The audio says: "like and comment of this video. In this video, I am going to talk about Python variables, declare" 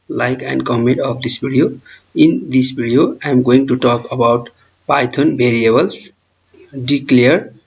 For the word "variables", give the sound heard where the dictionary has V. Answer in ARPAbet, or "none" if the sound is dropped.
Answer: B